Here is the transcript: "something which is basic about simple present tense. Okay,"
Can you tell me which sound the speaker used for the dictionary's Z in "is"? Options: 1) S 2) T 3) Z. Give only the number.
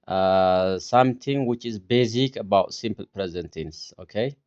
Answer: 3